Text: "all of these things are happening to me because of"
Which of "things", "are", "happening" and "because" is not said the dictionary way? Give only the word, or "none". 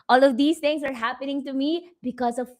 things